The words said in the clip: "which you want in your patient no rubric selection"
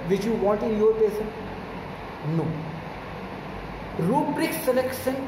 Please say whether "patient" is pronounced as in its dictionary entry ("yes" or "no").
no